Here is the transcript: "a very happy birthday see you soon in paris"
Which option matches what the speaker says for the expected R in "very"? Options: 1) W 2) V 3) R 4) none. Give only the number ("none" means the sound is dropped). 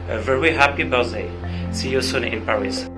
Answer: 1